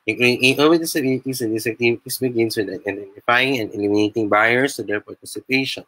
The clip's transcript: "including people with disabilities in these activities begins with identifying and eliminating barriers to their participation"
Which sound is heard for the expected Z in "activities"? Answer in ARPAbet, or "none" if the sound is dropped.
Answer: S